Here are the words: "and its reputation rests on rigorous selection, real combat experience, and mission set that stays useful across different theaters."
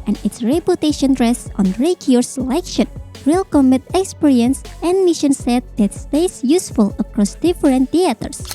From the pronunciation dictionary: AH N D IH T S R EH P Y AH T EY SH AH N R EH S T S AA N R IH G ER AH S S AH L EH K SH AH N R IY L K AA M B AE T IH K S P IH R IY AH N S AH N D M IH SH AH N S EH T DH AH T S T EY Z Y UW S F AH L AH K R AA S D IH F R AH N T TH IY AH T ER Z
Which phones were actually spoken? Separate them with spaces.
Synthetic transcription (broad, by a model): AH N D IH T S R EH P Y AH T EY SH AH N R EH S S AA N R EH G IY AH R S AH L EH K SH AH N R IY L K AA M AE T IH K S P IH R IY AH N S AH N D M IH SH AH N S EH T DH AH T S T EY S Y UW S F AH L AH K R AA S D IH F R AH N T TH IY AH T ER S